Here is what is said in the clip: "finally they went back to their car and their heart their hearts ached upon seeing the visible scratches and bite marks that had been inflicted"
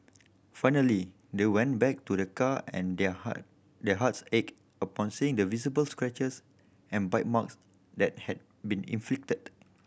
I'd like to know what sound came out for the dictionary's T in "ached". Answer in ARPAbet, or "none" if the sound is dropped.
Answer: none